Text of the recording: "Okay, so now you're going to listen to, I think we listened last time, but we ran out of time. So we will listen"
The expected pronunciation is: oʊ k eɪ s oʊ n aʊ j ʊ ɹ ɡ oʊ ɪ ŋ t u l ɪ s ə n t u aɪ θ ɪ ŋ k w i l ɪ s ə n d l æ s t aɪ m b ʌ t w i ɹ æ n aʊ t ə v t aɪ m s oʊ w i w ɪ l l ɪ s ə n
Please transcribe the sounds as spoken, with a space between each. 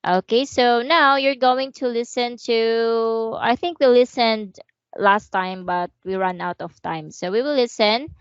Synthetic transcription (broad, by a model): oʊ k eɪ s oʊ n aʊ j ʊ ɹ ɡ oʊ ɪ ŋ t u l ɪ s ə n t u aɪ θ ɪ ŋ k w i l ɪ s ə n d l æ s t aɪ m b ʌ t w i ɹ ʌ n aʊ t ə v t aɪ m s oʊ w i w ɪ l l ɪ s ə n